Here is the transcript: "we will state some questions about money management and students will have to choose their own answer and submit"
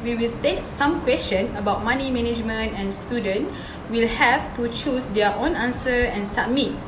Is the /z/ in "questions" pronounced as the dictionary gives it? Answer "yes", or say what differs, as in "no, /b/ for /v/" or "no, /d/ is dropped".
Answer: no, /z/ is dropped